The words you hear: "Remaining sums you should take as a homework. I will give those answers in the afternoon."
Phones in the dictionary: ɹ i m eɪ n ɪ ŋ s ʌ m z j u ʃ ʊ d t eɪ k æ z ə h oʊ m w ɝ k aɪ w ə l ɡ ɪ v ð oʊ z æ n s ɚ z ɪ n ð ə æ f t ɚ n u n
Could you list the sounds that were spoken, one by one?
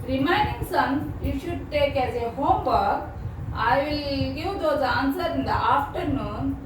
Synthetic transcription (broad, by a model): ɹ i m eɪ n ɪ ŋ s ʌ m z j u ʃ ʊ d t eɪ k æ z ə h oʊ m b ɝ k aɪ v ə l ɡ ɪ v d oʊ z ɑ n s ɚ ɪ n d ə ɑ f t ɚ n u n